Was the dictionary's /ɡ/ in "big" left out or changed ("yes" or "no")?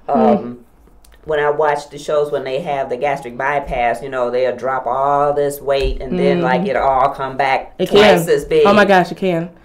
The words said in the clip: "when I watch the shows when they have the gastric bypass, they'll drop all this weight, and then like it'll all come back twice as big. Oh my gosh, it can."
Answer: yes